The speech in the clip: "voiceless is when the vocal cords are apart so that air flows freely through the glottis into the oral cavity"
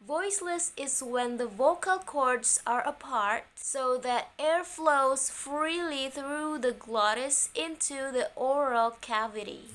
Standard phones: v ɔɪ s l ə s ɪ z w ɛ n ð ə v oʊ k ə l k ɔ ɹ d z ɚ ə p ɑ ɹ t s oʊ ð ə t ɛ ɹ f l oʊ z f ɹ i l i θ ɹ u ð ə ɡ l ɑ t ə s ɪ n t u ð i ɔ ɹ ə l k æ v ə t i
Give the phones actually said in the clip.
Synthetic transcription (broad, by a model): v ɔɪ s l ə s ɪ z w ɛ n ð ə v oʊ k ə l k ɔ ɹ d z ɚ ə p ɑ ɹ t s oʊ ð ə t ɛ ɹ f l oʊ z f ɹ i l i θ ɹ u ð ə ɡ l ɑ t ə s ɪ n t u ð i ɔ ɹ ə l k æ v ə t i